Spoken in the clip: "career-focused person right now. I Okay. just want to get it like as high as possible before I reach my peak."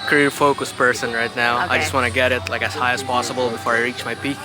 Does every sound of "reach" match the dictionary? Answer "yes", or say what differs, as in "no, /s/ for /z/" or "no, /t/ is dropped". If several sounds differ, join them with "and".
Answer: yes